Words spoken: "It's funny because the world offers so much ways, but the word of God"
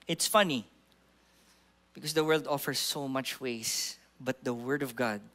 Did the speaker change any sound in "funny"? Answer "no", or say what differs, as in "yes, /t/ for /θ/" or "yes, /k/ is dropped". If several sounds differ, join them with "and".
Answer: no